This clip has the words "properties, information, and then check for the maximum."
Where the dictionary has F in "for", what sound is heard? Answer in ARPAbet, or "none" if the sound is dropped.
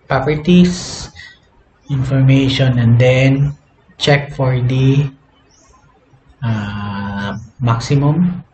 F